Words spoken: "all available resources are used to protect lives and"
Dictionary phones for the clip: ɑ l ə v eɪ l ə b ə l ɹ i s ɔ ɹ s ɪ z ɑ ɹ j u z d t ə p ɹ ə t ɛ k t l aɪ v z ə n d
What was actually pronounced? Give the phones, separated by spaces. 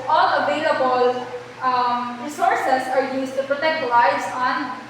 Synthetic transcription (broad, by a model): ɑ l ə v eɪ l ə b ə l ɹ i s ɔ ɹ s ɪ s ɑ ɹ j u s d t ə p ɹ ə t ɛ k t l aɪ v s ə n